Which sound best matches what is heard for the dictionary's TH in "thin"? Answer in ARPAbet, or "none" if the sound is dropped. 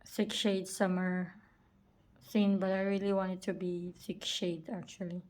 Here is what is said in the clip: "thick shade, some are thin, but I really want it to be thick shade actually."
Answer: S